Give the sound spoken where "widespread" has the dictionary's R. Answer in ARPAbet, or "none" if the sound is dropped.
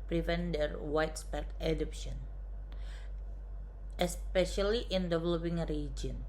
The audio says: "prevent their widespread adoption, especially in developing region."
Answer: none